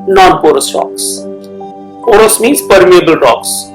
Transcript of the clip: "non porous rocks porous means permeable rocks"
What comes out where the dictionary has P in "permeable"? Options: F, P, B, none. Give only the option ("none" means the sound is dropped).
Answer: P